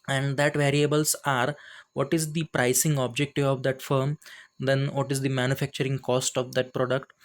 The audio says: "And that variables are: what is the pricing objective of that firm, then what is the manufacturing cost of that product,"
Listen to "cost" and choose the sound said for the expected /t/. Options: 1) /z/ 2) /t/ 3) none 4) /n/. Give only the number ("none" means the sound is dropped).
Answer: 2